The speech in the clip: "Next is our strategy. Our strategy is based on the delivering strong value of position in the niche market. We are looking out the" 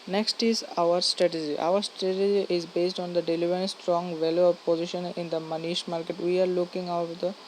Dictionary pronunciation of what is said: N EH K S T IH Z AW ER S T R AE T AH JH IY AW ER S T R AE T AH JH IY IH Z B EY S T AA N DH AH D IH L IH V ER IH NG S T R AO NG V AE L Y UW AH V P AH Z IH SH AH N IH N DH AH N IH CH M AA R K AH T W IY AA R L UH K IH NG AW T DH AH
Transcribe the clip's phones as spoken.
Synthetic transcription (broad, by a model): N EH K S T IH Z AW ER S T R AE T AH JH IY AW ER S T R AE T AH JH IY IH Z B EY S T AA N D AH D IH L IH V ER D S T R AO NG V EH L Y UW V P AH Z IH SH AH N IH N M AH N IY SH M AA R K AH T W IY AA R L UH K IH NG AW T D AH